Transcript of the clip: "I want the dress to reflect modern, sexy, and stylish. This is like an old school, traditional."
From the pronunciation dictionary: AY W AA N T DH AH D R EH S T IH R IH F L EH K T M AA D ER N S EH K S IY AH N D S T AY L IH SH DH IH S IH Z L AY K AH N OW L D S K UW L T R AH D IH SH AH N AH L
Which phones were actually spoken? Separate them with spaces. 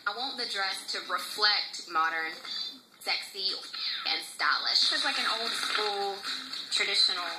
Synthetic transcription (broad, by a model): AY W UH N DH AH D R EH S T IH R IH F L EH K T M AA D ER N S EH K S IY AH N S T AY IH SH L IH SH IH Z L AY K AH N OW L D S K UW L T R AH D IH SH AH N L